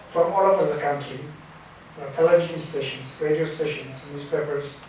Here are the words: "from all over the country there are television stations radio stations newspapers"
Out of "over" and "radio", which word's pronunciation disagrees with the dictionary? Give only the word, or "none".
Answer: over